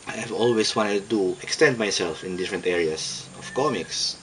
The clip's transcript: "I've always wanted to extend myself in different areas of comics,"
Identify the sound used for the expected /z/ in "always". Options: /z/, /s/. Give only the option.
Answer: /s/